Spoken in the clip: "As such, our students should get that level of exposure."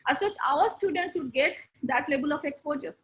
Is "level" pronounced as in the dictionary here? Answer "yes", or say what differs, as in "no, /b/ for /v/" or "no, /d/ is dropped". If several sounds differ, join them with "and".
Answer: no, /b/ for /v/